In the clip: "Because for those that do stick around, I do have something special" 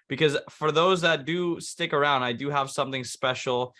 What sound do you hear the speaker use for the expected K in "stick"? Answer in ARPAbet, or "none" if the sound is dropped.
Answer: K